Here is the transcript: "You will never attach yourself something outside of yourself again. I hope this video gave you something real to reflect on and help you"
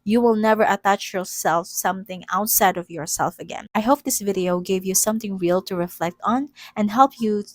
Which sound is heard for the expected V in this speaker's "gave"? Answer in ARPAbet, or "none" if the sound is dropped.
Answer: V